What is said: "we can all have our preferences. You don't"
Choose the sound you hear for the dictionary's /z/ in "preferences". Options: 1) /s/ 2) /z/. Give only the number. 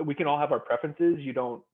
2